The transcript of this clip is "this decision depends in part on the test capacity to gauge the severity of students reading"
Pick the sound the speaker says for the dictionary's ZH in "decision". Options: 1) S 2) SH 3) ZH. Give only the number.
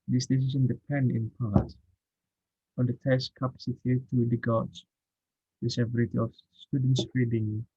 1